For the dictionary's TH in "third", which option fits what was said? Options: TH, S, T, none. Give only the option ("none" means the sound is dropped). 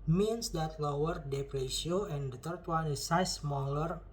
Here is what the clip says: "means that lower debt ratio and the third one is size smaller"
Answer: T